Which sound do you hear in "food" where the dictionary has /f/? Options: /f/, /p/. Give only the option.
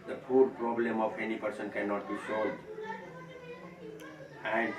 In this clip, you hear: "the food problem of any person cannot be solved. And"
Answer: /p/